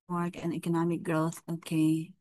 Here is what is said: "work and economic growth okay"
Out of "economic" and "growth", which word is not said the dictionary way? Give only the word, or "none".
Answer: none